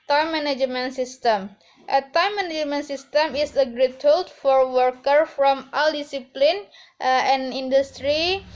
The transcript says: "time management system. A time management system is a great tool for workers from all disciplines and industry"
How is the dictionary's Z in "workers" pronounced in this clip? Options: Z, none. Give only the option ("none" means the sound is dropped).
none